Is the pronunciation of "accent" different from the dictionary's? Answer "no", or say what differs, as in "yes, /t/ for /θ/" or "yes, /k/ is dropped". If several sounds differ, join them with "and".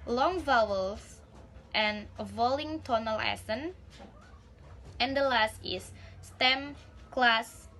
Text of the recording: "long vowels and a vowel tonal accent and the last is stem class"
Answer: yes, /k/ is dropped